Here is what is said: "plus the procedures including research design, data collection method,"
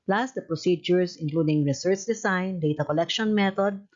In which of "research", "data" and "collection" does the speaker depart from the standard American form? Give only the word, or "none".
none